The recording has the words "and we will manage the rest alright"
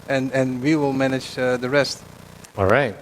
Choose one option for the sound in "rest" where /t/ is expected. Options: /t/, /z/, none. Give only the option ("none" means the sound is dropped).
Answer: /t/